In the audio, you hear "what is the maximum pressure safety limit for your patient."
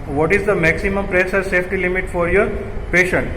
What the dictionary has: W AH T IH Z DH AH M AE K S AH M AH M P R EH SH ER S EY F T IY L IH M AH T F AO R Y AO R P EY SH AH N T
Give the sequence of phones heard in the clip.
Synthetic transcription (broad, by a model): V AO T IH Z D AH M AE K S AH M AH M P R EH S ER S EY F T IY L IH M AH T F AO R Y AO R P EY SH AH N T